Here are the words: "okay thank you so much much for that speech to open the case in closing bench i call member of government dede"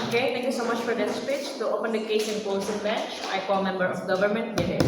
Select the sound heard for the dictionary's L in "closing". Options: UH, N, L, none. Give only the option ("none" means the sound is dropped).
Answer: none